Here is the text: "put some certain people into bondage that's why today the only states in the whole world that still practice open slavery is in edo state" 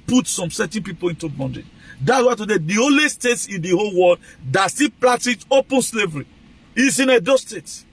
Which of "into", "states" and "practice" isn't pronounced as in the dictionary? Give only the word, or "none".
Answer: practice